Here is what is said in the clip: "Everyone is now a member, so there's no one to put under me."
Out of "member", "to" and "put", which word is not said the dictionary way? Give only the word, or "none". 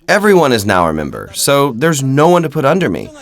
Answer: none